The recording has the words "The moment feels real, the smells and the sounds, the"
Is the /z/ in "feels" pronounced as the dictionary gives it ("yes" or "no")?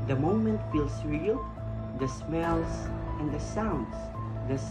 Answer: no